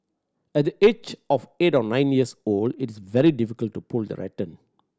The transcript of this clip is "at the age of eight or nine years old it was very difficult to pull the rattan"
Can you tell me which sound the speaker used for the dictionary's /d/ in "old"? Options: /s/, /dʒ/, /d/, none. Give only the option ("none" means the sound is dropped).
/d/